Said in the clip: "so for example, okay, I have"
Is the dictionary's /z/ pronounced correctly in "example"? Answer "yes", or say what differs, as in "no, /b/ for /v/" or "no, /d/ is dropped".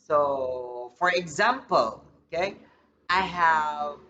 yes